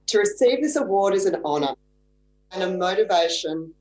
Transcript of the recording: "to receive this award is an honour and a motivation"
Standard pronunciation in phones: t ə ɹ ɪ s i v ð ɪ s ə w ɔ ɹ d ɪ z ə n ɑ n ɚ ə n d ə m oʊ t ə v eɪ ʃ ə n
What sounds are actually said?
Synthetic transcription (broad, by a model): t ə ɹ ɪ s i v ð ɪ s ə w ɔ ɹ d ɪ z ə n ɑ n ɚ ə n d ə m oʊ t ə v eɪ ʃ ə n